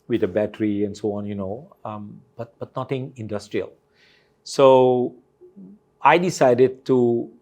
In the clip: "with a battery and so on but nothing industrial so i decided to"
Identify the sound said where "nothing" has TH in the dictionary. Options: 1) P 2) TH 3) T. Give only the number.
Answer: 3